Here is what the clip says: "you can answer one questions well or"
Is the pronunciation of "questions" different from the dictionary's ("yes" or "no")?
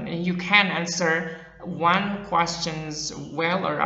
no